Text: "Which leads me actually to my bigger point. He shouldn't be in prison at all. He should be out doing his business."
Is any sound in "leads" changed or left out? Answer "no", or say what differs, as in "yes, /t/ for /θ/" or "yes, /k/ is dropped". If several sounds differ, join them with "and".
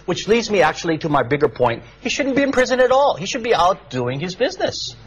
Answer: no